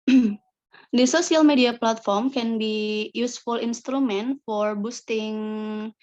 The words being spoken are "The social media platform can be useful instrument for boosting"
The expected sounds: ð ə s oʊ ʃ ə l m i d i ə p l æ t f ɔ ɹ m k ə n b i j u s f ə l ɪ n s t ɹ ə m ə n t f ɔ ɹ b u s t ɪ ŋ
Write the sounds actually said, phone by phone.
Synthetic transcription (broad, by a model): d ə s oʊ s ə l m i d i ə p l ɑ t f ɔ ɹ m k ə n b i j u s f ə l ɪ n s t ɹ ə m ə n t f ɔ ɹ b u s t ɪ ŋ